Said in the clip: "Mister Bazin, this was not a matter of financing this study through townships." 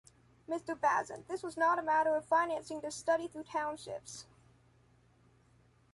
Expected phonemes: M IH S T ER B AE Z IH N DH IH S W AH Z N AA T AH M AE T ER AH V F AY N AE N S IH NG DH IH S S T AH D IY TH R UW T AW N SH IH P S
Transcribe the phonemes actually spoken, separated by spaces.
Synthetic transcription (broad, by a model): M IH S T ER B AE Z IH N DH IH S W AH Z N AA T AH M AE T ER AH V F AY N AE N S IH NG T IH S S T AH D IY TH R UW T AW N SH IH P S